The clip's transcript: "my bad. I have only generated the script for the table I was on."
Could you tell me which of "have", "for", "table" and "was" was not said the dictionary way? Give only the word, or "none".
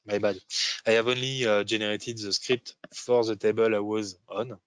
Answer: none